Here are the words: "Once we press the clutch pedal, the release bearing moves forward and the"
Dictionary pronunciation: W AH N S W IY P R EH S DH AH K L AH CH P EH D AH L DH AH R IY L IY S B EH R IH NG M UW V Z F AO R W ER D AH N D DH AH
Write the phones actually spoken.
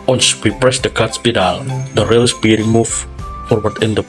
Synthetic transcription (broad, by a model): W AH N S W IY P R EH S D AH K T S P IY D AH L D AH R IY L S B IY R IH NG M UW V F AO R W ER D AH N D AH